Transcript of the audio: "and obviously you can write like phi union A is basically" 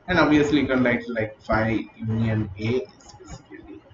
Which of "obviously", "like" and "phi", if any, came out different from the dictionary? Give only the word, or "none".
obviously